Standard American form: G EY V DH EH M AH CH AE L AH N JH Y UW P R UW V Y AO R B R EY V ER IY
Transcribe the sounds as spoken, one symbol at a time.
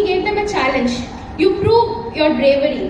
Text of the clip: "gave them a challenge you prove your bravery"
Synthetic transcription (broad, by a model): G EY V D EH M AH CH AE L AH N JH Y UW P R UW V Y AO R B R EY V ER IY